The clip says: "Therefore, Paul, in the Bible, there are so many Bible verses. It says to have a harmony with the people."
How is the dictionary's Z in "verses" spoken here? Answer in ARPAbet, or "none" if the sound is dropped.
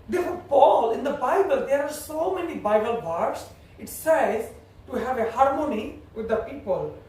S